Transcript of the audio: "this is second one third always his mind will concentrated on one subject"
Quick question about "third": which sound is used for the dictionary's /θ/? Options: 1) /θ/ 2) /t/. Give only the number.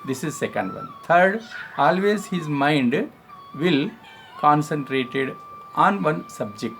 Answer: 2